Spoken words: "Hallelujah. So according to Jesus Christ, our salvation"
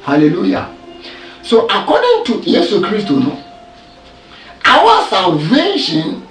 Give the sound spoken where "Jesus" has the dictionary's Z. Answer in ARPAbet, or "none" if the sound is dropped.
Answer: S